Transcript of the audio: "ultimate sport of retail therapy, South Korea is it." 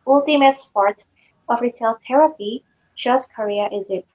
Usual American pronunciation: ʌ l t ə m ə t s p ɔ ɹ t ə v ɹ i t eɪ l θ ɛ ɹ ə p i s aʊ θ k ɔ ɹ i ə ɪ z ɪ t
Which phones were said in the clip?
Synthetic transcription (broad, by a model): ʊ l t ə m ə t s p ɔ ɹ t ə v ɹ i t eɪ l t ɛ ɹ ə p i ʃ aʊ t k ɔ ɹ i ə ɪ z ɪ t